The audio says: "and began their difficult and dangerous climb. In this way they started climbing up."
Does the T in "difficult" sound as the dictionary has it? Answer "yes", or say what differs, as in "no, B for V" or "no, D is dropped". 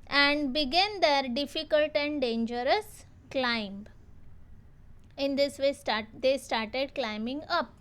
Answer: yes